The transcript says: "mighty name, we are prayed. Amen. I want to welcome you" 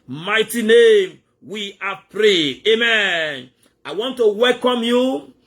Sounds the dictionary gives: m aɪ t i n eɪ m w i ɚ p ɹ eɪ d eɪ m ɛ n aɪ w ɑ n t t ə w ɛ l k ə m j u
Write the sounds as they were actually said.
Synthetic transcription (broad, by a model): m aɪ t i n eɪ m w i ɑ p ɹ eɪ eɪ m ɛ n aɪ w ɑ n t t ə w ɛ l k ə m j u